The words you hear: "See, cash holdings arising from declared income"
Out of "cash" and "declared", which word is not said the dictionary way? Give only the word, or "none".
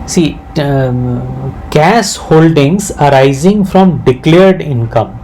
cash